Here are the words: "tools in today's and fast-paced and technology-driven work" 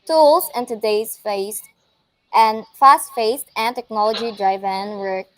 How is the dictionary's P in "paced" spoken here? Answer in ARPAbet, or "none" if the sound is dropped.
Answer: F